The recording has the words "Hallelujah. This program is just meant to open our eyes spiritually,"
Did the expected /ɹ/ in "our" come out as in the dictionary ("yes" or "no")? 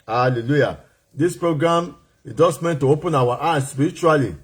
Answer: no